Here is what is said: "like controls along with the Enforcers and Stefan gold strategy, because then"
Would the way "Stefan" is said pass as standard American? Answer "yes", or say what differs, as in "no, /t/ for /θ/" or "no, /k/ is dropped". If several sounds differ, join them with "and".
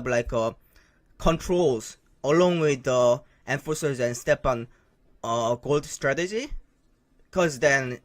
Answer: no, /p/ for /f/